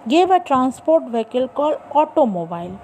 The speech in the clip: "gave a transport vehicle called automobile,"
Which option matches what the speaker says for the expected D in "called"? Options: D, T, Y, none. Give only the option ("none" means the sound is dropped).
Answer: none